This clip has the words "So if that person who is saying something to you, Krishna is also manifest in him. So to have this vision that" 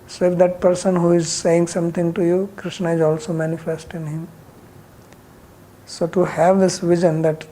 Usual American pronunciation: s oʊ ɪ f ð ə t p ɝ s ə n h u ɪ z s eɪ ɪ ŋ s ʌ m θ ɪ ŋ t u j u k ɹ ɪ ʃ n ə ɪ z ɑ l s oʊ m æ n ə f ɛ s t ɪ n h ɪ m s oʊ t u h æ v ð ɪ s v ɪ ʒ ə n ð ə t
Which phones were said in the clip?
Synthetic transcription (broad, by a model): s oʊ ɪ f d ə t p ɝ s ə n h u ɪ z s eɪ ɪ ŋ s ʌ m t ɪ ŋ t u j u k ɹ ɪ ʃ n ə ɪ z ɑ l s oʊ m æ n ə f ɛ s t ɪ n h ɪ m s oʊ t u h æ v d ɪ s v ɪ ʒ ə n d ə t